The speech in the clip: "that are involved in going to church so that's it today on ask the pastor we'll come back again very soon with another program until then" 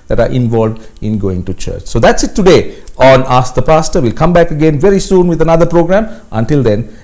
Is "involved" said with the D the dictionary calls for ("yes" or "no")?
yes